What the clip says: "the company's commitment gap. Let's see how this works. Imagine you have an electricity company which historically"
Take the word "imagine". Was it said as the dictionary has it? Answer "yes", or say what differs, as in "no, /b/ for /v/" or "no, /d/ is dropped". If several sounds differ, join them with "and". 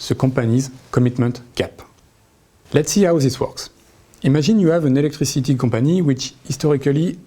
no, /ʒ/ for /dʒ/